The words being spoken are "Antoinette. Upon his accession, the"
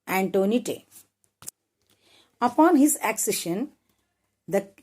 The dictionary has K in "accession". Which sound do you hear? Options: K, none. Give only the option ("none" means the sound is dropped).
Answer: K